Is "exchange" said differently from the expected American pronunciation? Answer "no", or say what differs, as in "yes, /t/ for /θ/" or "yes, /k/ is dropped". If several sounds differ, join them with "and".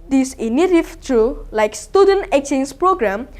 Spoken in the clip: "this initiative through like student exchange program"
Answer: yes, /s/ is dropped